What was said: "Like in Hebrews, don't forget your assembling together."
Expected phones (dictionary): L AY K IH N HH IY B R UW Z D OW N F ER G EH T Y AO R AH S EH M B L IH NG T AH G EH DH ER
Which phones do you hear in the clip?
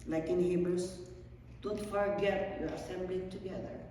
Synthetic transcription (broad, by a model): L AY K IH N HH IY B UW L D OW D F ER G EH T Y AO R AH S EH M B L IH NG T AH G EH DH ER